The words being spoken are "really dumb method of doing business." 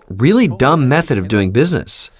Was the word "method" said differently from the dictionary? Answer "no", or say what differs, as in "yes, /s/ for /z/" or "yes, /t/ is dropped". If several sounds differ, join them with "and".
no